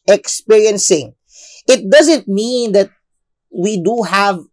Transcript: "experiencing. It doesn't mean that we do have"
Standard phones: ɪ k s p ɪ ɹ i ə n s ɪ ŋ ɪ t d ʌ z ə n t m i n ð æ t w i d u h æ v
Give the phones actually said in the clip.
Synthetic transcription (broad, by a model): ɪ k s p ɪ ɹ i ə n s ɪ ŋ ɪ t d ʌ z ə n t m i n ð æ t w i d u h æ v